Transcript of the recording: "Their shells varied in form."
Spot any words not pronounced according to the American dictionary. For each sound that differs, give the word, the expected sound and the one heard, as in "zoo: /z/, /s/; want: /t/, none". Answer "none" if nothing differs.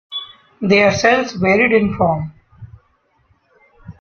shells: /ʃ/, /s/